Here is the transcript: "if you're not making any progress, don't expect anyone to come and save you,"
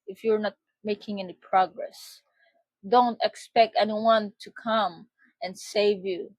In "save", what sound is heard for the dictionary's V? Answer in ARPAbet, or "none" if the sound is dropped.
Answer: V